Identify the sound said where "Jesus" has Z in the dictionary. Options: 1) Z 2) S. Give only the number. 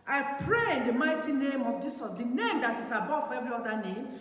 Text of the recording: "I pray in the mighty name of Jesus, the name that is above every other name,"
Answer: 2